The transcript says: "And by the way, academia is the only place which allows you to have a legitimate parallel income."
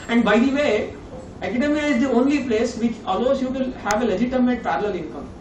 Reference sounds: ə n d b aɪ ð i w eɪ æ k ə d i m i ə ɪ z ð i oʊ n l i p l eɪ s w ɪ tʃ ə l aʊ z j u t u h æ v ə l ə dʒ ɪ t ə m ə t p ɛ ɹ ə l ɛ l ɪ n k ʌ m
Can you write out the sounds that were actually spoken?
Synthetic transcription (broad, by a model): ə n d b aɪ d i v eɪ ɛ k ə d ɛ m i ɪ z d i oʊ n l i p l eɪ s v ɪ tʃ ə l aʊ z j u t u h æ v ə l ə dʒ ɪ t ə m ə t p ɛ ɹ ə l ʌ l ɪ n k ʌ m